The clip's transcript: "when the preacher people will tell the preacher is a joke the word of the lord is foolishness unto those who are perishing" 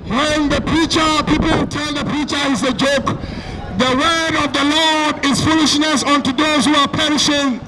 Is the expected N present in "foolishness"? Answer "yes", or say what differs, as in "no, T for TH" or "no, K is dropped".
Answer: yes